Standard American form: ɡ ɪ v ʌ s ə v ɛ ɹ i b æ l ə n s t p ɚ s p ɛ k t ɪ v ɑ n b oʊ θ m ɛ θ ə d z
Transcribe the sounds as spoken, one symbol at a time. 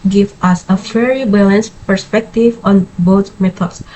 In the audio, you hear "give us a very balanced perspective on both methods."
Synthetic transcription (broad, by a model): ɡ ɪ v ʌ s ə f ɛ ɹ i b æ l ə n s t p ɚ s p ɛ k t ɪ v ɑ n b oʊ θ m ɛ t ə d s